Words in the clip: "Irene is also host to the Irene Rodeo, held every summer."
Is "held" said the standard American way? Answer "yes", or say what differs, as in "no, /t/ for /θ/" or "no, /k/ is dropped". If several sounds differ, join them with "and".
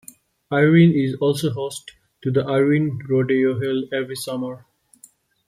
no, /d/ is dropped